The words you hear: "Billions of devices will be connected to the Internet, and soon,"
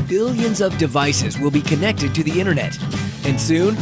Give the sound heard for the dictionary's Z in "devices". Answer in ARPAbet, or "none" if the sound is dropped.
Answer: Z